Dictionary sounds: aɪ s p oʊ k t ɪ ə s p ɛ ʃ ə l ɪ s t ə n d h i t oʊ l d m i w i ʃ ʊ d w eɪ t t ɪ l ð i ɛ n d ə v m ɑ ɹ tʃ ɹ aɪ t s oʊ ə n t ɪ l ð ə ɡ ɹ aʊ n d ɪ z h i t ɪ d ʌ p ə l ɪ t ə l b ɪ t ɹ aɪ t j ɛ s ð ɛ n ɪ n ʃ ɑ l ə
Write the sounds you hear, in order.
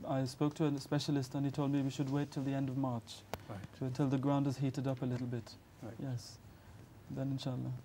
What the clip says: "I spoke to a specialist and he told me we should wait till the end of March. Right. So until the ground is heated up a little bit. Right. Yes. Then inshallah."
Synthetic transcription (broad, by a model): aɪ s p oʊ k t ɪ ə s p ɛ ʃ ə l ɪ s t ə n i t oʊ l d m i w i ʃ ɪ d w eɪ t t ɪ l ð i ɛ n d ə v m ɑ ɹ tʃ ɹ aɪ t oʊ ə n t ɪ l ð ə ɡ ɹ aʊ n d ɪ z h i t ɪ d ʌ p ə l ɪ t l b ɪ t t j ɛ s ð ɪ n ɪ n ʃ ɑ l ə